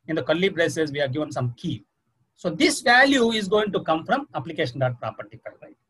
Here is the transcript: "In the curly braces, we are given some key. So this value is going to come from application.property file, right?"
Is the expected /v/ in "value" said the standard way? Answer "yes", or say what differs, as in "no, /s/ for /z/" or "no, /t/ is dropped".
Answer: yes